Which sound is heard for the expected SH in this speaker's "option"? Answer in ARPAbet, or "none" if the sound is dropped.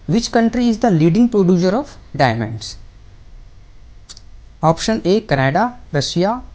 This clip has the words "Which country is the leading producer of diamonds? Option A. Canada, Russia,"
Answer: SH